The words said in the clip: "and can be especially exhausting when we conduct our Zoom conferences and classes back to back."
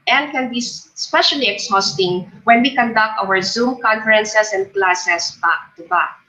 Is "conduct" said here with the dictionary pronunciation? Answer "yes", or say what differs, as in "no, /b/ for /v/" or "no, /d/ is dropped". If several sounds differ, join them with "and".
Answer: yes